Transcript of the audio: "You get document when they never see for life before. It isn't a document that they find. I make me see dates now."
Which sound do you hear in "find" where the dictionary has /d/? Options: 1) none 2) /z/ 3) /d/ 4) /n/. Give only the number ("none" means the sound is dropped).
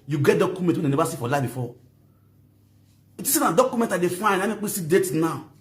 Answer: 1